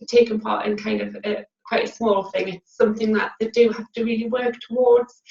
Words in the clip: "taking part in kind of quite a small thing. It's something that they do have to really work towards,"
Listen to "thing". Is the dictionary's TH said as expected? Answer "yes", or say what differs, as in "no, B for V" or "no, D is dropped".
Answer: yes